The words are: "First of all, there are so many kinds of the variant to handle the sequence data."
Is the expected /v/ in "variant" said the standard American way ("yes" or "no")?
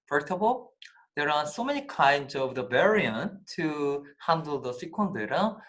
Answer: no